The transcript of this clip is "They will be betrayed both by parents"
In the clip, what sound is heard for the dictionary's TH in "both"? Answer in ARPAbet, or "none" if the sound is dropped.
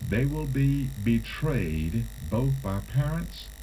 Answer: TH